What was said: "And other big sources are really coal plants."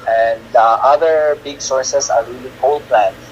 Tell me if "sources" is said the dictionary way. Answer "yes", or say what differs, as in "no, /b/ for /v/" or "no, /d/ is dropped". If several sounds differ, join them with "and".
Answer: no, /s/ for /z/